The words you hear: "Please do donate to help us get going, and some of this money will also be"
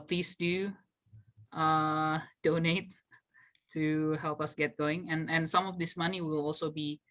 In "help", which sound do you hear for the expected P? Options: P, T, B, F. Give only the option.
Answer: P